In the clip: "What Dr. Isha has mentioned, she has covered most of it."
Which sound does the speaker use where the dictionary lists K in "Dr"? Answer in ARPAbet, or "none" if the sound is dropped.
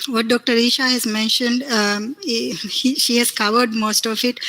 K